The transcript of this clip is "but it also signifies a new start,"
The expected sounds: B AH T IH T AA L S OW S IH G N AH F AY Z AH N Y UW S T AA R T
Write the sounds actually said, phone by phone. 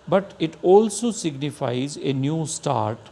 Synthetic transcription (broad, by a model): B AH T IH T AA L S OW S IH G N AH F AY Z AH N Y UW S T AA R T